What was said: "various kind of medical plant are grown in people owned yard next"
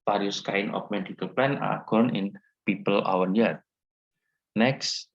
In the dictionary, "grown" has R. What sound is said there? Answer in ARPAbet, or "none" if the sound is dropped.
none